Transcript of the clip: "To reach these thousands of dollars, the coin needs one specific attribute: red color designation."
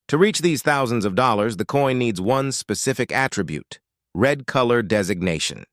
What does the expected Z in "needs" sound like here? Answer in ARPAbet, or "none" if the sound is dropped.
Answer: Z